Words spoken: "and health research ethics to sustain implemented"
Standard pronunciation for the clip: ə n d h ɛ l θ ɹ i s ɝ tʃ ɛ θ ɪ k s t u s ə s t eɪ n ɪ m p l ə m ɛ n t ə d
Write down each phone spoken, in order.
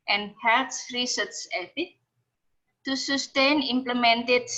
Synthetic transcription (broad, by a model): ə n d h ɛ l s ɹ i s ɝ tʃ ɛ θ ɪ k t u s ə s t eɪ n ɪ m p l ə m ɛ n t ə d